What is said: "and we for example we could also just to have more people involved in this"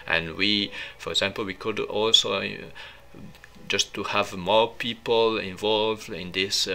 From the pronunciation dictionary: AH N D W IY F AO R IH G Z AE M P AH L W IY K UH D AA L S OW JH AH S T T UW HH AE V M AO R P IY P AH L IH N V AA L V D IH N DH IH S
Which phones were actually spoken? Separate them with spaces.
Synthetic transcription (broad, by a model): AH N D W IY F AO R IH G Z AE M P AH L W IY K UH D AA L S OW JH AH S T T UW HH AE V M AO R P IY P AH L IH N V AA L V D IH N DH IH S